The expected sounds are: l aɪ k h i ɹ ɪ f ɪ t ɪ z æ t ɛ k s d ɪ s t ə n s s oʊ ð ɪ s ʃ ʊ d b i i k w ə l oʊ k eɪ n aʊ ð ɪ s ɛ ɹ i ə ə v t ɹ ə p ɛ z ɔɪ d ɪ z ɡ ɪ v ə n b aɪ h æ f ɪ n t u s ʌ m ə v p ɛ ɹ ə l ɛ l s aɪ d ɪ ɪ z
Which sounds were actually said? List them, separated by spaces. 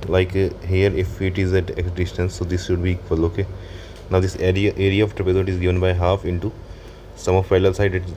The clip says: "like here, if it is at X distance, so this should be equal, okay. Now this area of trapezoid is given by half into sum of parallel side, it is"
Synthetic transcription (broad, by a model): l aɪ k h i ɹ ɪ f ɪ t ɪ z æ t ɛ k s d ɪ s t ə n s s oʊ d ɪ s ʃ ʊ d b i i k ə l oʊ k eɪ n aʊ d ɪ s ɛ ɹ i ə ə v t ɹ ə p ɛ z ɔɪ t ɪ z ɡ ɪ v ə n b aɪ h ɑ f ɪ n t u s ʌ m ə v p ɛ l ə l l s aɪ d ɪ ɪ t